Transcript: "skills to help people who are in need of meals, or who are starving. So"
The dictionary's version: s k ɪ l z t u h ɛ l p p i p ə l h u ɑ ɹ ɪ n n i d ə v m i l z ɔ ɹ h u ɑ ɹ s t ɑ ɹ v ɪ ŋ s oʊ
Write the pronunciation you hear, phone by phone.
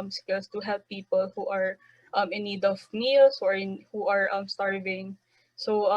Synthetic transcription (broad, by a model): s k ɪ l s t u h ɛ l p p i p ə l h u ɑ ɹ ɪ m n i d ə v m i l s ɔ ɹ h u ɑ ɹ s t ɑ ɹ v ɪ ŋ s oʊ